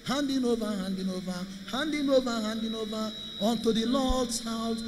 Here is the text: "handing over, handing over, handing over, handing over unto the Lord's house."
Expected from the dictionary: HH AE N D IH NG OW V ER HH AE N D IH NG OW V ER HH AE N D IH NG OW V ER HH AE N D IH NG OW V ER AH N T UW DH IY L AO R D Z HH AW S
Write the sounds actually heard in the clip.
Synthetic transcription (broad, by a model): HH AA N D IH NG OW V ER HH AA N D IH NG OW V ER HH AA N D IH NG OW V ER HH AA N D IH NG OW V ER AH N T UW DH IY L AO L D S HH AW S